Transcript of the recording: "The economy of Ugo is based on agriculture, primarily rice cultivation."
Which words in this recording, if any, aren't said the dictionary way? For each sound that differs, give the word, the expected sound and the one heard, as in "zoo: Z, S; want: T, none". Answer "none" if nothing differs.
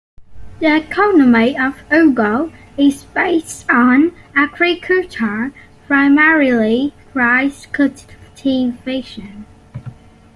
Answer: cultivation: L, none